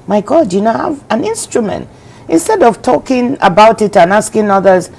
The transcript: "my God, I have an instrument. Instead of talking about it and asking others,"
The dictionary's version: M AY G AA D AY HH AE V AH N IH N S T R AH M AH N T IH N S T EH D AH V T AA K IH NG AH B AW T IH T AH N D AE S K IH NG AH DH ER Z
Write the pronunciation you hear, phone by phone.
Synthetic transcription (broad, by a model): M AY G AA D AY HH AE V AH N IH N S T R AH M AH N T IH N S T EH D AH V T AA K IH NG AH B AW T IH T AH N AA S K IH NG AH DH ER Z